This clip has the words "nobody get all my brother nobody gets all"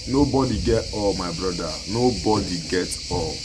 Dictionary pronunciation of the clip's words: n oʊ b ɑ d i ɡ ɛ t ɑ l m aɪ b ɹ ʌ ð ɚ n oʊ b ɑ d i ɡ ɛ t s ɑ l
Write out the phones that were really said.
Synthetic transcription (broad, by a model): n oʊ b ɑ d i ɡ ɛ t ɑ l m aɪ b ɹ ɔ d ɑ n oʊ b ɑ d i ɡ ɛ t ɑ l